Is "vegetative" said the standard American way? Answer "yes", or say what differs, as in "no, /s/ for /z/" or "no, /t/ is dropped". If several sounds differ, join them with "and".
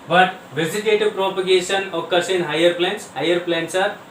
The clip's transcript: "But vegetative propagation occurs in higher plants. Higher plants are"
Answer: no, /z/ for /dʒ/